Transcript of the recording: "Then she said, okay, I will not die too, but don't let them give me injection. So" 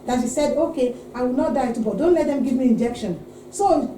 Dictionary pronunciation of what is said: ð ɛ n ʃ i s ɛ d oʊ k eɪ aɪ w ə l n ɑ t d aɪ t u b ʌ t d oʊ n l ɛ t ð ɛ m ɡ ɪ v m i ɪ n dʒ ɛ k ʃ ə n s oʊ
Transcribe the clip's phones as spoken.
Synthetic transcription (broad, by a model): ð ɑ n ʃ i s ɛ d oʊ k eɪ aɪ w ə l n ɑ t d aɪ t u b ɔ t d oʊ n l ɛ t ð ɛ m ɡ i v m i ɪ n dʒ ɛ k ʃ ə n s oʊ